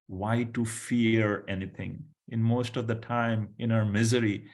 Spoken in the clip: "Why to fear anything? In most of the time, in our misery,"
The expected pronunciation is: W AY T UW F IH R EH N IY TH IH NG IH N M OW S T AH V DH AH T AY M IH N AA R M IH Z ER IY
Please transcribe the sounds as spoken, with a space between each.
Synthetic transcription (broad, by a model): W AY T UW F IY R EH N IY T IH NG IH N M OW S T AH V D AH T AY M IH N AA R M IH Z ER IY